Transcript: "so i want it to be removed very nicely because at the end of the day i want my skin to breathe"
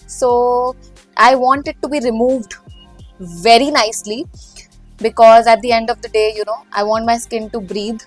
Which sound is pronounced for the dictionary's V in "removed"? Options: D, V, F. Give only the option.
V